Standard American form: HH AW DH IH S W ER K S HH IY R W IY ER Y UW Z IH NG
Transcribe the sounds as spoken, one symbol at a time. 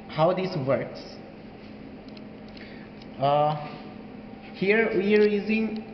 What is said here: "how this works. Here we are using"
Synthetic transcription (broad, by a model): HH AW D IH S W ER K S HH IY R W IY ER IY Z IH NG